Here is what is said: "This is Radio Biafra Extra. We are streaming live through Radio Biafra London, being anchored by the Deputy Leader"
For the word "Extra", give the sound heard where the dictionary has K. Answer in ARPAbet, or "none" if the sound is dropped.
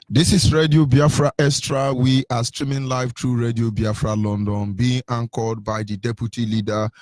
none